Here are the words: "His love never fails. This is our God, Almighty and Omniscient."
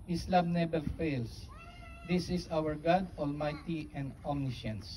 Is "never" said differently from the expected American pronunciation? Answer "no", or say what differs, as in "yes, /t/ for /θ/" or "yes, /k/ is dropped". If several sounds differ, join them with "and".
yes, /b/ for /v/